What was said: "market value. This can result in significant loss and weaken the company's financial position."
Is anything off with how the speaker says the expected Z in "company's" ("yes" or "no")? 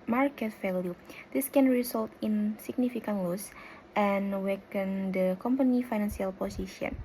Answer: yes